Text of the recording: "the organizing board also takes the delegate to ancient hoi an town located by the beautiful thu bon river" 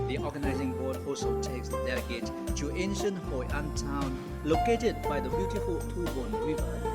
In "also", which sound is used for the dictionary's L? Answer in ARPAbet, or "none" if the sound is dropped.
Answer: none